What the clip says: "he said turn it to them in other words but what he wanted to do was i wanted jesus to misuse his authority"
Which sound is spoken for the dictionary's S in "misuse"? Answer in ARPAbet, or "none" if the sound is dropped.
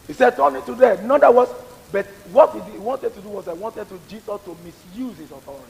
S